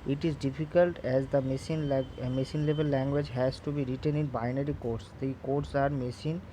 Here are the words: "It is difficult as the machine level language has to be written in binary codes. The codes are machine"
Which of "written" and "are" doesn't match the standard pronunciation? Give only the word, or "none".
none